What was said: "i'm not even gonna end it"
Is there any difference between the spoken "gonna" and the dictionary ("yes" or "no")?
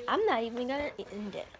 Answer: yes